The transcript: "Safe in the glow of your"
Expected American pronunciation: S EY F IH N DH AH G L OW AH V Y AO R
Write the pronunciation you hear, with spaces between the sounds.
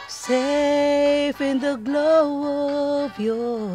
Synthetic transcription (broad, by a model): S EY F IH N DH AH G L OW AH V Y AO